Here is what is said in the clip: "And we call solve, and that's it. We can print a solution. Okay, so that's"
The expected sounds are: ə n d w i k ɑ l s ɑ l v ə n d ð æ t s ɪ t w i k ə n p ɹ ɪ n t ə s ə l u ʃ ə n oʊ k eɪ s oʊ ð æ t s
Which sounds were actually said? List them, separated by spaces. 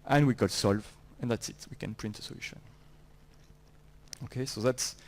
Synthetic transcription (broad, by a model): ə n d w i k ɑ l s ɑ l v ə n ð æ t s ɪ t w i k ə n p ɹ ɪ n t ə s ə l u ʃ ə n oʊ k eɪ s oʊ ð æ t s